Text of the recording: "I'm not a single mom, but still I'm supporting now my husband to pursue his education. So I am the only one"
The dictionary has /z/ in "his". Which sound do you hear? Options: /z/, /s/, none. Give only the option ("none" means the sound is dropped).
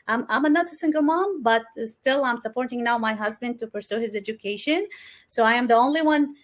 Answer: /z/